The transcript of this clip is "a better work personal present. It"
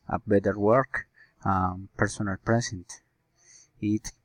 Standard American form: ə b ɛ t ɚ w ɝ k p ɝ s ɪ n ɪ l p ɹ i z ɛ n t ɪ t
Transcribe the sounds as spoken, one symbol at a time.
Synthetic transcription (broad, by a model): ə b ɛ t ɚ w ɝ k p ɝ s ɪ n ɪ l p ɹ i s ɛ n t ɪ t